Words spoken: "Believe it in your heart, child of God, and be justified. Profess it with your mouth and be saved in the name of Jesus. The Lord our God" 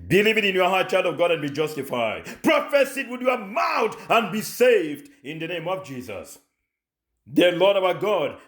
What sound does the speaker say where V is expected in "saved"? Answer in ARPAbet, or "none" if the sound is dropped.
V